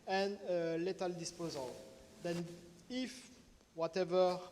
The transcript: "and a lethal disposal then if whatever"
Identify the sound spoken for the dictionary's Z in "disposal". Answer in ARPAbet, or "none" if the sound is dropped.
Z